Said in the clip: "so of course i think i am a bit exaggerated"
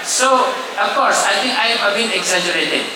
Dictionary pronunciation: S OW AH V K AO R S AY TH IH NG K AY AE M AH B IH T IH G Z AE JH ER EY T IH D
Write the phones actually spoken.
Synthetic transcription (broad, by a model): S OW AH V K AO R S AY T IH NG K AY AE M AH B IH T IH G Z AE JH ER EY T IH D